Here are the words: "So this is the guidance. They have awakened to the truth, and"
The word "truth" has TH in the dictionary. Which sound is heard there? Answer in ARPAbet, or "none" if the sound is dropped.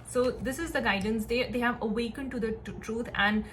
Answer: T